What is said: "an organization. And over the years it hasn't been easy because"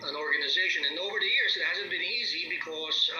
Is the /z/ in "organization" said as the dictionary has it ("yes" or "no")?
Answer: yes